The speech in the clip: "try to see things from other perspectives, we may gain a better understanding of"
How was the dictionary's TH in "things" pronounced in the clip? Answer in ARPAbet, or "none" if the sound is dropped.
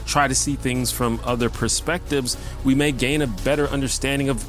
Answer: TH